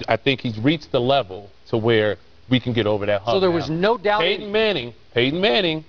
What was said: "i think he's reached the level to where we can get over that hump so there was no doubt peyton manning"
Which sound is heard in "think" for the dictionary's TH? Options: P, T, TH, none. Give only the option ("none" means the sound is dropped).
TH